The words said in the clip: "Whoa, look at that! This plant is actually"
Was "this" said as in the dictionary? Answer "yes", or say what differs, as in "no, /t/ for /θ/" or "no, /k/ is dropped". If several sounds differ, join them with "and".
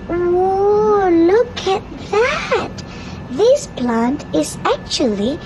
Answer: yes